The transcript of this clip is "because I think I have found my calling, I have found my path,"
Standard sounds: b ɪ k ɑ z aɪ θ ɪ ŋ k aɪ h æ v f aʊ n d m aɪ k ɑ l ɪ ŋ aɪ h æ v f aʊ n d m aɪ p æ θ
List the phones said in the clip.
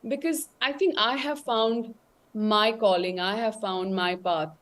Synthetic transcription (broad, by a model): b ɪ k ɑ z aɪ t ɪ ŋ k aɪ h æ v f aʊ n d m aɪ k ɑ l ɪ ŋ aɪ h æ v f aʊ n d m aɪ p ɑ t